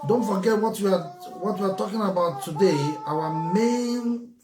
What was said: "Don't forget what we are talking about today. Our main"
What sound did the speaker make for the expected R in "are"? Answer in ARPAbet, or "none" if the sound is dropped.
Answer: W